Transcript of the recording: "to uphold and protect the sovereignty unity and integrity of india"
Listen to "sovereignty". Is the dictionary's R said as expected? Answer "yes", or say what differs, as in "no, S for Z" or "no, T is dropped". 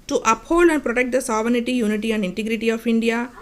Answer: no, R is dropped